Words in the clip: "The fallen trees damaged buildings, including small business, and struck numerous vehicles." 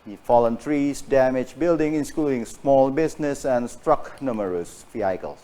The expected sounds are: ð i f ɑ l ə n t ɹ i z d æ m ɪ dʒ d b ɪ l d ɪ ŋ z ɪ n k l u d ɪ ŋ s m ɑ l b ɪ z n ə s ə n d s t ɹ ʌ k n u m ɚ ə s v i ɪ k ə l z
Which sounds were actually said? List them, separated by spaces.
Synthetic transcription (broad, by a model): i f ɑ l ə n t ɹ i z d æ m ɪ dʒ b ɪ l d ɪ ŋ ɪ n k l u d ɪ ŋ s m ɑ l b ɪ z n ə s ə n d s t ɹ ʌ k n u m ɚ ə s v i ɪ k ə l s